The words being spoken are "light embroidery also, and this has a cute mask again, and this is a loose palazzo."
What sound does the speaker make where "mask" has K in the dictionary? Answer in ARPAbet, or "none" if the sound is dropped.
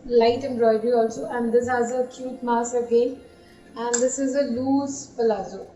none